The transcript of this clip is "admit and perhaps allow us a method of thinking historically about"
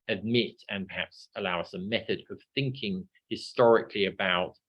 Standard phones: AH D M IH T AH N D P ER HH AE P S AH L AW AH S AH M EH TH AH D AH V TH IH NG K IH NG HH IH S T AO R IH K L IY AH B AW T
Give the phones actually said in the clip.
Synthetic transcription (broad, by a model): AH D M IH T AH N P ER HH AE P S AH L AW AH S AH M EH TH AH D AH V TH IH NG K IH NG HH IH S T AO R IH K L IY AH B AW T